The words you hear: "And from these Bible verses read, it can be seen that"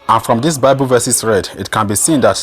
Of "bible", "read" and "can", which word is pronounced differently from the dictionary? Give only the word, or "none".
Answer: none